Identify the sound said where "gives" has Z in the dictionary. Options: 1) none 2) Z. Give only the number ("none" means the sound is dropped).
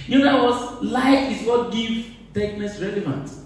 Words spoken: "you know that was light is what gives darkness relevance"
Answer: 1